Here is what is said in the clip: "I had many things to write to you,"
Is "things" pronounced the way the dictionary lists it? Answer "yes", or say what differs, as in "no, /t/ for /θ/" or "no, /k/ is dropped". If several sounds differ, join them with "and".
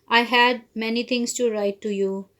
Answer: no, /t/ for /θ/ and /s/ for /z/